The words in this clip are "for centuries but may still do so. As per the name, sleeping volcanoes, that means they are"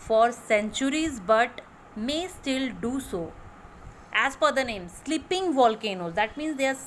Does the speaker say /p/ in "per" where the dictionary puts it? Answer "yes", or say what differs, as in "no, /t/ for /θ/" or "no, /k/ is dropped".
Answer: no, /f/ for /p/